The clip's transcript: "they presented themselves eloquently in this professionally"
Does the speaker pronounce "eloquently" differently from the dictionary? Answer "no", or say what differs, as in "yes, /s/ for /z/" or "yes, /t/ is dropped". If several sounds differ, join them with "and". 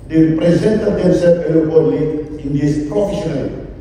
yes, /n/ is dropped